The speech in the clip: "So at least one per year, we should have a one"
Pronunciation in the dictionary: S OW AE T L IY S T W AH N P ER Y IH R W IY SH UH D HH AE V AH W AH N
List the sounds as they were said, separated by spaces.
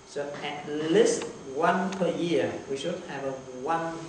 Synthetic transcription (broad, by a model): S OW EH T L IY S T W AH N P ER Y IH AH W IY SH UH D HH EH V AH W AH N